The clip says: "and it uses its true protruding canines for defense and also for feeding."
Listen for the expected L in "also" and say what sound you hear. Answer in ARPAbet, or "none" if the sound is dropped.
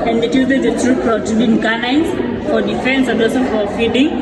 none